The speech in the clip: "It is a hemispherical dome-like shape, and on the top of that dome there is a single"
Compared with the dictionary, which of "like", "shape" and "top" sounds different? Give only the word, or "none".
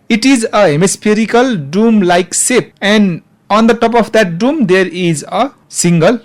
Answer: shape